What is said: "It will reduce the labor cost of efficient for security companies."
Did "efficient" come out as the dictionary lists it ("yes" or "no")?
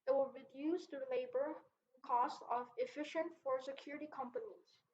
yes